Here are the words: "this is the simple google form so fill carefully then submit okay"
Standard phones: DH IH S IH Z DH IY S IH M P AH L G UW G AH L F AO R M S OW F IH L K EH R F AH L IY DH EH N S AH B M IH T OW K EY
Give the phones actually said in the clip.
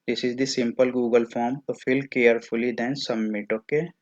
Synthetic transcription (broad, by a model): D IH S IH Z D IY S IH M P AH L G UW G AH L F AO R M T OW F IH L K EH R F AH L IY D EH N S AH M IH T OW K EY